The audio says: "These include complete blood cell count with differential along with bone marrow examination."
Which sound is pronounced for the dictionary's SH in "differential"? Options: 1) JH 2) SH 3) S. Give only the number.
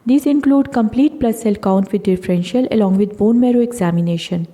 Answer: 2